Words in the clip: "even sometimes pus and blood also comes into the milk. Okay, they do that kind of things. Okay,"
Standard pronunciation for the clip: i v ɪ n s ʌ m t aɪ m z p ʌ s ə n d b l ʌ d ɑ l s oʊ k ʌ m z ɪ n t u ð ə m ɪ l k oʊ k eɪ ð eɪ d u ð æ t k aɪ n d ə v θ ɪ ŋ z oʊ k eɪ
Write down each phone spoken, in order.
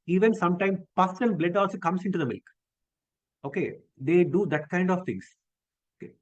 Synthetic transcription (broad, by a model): i v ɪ n s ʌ m t aɪ m p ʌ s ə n b l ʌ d ɑ l s oʊ k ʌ m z ɪ n t u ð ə m ɪ l k oʊ k eɪ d eɪ d u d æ t k aɪ n d ə v t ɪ ŋ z oʊ k eɪ